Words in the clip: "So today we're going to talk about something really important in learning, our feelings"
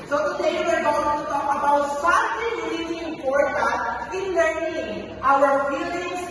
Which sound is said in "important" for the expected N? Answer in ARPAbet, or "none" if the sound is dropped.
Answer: none